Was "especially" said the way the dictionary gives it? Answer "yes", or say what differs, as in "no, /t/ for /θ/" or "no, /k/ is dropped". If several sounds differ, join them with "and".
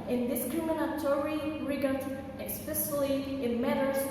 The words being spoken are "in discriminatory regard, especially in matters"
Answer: no, /s/ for /ʃ/